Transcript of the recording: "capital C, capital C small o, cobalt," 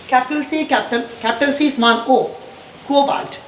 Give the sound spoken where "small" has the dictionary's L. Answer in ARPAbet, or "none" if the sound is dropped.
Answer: N